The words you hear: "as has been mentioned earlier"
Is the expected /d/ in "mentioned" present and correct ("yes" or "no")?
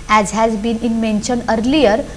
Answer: no